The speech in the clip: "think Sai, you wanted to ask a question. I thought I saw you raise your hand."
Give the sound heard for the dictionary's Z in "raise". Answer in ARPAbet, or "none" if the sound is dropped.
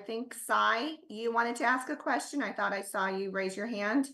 Z